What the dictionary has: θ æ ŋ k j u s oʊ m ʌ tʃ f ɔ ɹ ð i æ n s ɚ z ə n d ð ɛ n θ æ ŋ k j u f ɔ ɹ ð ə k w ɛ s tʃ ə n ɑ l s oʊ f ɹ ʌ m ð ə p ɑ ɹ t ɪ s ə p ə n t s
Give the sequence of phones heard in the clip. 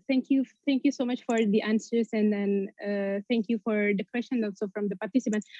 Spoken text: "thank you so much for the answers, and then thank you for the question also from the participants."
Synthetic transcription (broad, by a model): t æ ŋ k j u s oʊ m ʌ tʃ f ɔ ɹ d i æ n s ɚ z ə n d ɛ n t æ ŋ k j u f ɔ ɹ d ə k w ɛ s ʃ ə n ɑ l s oʊ f ɹ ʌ m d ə p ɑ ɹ t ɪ s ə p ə n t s